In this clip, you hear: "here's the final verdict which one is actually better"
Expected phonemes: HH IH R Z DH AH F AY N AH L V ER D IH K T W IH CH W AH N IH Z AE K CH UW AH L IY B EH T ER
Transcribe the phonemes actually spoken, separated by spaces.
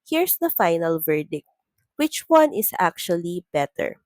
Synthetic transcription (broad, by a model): HH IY R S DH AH F AY N AH L V ER D IH K T W IH CH W AH N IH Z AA K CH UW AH L IY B EH T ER